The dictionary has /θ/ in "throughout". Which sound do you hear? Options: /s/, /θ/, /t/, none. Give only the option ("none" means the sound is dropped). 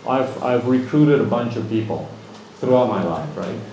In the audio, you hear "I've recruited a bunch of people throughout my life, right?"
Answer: /θ/